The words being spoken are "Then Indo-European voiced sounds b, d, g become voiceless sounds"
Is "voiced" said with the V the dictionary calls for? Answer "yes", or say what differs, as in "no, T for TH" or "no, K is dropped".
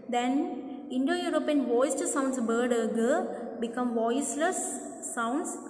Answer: yes